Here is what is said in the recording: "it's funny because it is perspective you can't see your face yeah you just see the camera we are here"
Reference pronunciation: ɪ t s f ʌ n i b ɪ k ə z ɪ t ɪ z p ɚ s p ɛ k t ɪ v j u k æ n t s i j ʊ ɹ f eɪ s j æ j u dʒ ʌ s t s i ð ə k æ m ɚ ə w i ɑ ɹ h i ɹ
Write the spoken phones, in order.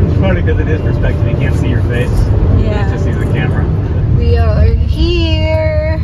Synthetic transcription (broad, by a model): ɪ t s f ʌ i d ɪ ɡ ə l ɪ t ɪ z p ɚ s p ɛ k t ɪ v j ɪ k æ n t s i j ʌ ɹ f eɪ s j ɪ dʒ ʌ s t s i ð ə k æ m ɚ ə w i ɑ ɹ h i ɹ